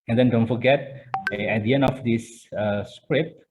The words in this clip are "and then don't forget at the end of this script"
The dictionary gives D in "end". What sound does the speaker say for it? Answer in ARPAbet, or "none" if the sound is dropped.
none